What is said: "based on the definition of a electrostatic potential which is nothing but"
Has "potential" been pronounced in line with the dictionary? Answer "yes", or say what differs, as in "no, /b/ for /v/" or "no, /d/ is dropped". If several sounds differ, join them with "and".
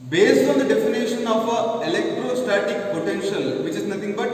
yes